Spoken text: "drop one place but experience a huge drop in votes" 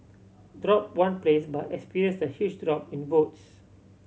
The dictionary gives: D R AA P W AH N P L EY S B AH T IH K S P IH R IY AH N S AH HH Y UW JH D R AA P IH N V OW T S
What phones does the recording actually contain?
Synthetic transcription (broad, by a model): D R AA P W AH N P L EY S B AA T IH K S P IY R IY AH N S AH HH Y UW CH D R AA P IH N B OW T S